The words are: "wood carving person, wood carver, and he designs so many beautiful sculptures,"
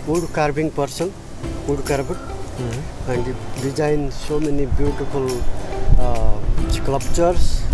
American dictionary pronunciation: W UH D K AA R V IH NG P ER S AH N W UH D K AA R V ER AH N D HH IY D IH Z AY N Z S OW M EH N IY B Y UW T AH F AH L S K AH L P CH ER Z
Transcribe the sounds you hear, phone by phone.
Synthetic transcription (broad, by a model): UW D K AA R B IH NG P ER S AH N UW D K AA R B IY AH N D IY D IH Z AY N S OW M EH N IY B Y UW T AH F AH L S K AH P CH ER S